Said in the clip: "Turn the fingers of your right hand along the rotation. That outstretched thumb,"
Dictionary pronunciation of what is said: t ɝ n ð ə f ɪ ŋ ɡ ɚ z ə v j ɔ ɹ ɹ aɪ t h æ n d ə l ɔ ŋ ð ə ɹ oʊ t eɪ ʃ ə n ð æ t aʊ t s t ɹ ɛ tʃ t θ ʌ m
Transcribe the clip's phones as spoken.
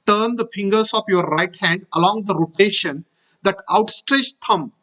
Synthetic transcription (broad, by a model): t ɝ n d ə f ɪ ŋ ɡ ɚ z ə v j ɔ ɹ ɹ aɪ t h æ n d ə l ɔ ŋ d ə ɹ oʊ t eɪ ʃ ə n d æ t aʊ t s t ɹ ɛ tʃ t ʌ m